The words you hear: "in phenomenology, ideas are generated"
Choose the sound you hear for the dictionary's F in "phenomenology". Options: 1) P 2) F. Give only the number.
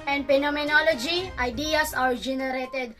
1